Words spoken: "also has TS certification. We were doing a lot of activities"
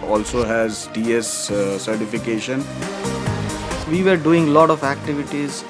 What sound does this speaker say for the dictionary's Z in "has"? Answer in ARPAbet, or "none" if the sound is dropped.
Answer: Z